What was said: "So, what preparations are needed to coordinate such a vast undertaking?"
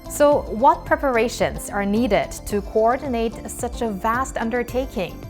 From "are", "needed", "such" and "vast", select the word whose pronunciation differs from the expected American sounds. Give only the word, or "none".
none